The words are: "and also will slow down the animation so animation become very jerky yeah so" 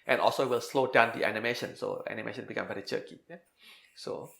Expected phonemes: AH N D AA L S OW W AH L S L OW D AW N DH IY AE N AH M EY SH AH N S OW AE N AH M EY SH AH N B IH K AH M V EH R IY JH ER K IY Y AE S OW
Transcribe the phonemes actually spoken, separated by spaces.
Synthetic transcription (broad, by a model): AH N AA L S OW W AH L S L OW D AW N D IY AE N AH M EY SH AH N S OW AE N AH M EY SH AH N B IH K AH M B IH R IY CH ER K IY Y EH S OW